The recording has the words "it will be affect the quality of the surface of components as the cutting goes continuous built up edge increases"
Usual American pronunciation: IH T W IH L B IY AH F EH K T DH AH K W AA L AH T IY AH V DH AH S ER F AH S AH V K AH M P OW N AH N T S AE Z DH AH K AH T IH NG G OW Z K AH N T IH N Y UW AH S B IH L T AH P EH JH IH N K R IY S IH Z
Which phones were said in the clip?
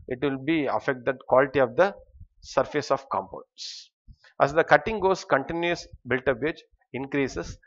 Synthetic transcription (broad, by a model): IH T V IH L B IY AH F EH K T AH K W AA L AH T IY AH V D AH S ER F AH S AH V K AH M P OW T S T AE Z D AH K AH T IH NG G OW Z K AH N T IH N Y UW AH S B IH L T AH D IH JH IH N K R IY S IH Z